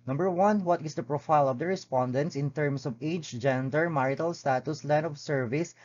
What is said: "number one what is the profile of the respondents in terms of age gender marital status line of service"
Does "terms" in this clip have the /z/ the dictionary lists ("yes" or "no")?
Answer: no